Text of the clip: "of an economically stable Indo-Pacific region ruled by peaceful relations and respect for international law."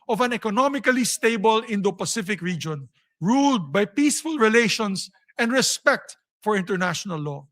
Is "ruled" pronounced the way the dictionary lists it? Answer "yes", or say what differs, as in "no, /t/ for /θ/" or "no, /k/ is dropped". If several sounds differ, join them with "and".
yes